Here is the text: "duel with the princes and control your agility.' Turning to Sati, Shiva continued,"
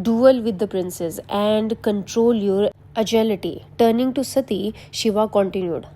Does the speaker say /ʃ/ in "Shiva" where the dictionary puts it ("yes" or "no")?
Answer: yes